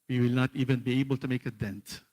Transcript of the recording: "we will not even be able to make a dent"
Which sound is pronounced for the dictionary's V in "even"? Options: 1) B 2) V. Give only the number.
2